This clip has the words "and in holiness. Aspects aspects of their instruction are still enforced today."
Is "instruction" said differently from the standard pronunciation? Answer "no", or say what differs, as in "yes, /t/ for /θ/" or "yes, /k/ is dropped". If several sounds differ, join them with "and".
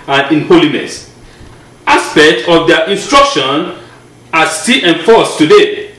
no